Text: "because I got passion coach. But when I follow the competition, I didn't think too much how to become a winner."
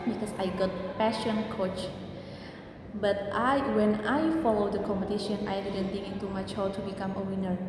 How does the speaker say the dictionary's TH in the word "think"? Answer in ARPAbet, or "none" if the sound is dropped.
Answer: T